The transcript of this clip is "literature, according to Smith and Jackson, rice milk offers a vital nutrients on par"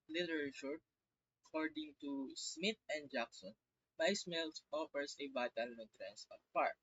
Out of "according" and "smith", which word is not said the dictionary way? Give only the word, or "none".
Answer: smith